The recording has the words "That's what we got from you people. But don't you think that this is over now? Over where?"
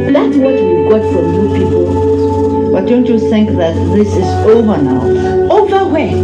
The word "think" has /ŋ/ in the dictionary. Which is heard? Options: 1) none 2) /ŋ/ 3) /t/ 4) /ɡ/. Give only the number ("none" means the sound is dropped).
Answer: 2